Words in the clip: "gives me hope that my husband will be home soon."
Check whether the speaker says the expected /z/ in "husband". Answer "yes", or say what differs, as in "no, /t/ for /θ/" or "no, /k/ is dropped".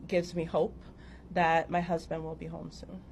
yes